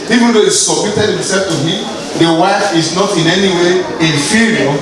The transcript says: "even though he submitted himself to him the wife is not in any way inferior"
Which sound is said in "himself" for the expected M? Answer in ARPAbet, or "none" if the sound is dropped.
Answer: M